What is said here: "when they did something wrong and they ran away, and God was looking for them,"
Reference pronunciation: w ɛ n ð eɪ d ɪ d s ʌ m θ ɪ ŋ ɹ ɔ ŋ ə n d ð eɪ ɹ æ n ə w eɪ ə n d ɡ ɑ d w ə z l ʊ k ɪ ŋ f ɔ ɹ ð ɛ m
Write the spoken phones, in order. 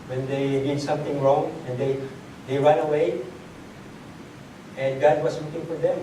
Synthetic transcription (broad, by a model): w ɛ n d eɪ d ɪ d s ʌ m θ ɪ ŋ ɹ ɔ ŋ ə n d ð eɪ ɹ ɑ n ə w eɪ ə n d ɡ ɑ d w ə s l ʊ k ɪ ŋ f ɔ ɹ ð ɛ m